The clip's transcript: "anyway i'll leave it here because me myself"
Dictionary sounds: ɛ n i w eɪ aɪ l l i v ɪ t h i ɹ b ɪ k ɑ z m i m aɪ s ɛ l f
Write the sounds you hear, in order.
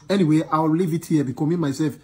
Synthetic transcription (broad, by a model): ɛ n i w eɪ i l l i v ɪ t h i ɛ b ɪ k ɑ m i m aɪ s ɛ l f